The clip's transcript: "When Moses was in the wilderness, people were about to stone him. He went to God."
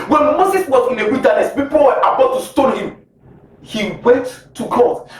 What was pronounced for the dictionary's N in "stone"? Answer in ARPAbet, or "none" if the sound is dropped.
L